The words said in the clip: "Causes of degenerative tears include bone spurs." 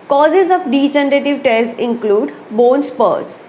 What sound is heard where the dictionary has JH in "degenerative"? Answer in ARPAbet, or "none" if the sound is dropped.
CH